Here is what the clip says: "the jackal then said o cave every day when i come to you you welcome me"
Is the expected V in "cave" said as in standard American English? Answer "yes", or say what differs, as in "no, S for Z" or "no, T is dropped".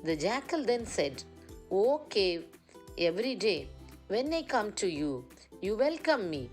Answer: no, V is dropped